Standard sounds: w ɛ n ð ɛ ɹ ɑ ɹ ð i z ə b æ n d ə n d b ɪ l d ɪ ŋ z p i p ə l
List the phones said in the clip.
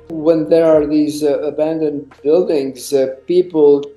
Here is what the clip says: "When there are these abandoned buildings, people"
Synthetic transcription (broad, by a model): w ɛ n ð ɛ ɹ ɑ ɹ ð i z ə b æ n d ə n d b ɪ l d ɪ ŋ z p i p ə l